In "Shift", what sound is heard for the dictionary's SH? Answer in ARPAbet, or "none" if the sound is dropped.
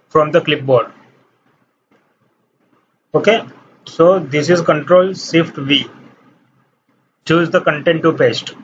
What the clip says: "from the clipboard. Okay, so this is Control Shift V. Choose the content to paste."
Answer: S